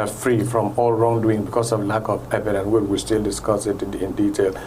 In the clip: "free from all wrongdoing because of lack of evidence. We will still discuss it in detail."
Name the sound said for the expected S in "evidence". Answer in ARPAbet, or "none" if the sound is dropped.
none